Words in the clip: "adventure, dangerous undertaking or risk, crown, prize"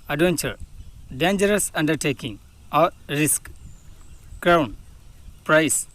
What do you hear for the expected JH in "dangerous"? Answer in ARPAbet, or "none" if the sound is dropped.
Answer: JH